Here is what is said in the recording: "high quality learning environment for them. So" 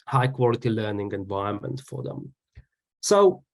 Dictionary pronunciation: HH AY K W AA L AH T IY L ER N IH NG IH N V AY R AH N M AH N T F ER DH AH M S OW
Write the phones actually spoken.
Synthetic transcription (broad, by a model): HH AY K W AA L AH T IY L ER N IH NG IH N V AY AH M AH N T F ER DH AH M S OW